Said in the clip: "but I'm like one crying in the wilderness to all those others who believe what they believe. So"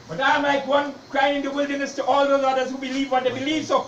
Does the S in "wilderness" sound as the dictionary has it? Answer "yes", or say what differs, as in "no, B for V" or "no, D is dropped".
yes